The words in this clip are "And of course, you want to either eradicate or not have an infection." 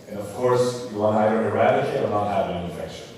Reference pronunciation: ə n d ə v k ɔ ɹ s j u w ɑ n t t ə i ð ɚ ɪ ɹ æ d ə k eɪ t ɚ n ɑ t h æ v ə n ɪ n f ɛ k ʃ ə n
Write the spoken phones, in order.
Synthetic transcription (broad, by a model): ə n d ə v k ɔ ɹ s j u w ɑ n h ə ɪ ɚ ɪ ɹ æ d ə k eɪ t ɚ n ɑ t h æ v ə n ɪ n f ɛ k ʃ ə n